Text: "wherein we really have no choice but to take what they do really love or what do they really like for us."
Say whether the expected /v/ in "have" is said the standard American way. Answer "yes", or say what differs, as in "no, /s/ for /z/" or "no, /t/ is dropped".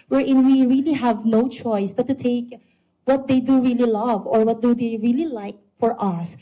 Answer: yes